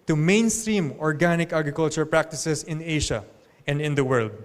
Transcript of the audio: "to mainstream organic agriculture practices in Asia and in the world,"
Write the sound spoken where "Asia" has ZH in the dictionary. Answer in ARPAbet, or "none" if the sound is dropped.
SH